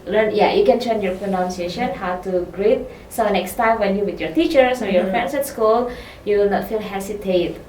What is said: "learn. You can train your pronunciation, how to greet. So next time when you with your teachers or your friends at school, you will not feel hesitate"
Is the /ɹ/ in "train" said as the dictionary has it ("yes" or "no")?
no